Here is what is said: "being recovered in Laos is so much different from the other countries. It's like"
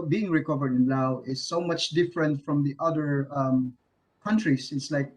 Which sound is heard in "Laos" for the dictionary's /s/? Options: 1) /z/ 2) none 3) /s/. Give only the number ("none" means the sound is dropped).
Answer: 2